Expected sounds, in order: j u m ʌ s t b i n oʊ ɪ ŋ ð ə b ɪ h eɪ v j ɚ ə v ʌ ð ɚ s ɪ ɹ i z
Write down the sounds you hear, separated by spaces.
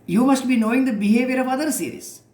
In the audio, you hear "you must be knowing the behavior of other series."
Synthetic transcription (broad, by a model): j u m ʌ s t b i n oʊ ɪ ŋ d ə b ɪ h eɪ v j ɚ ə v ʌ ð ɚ s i ɹ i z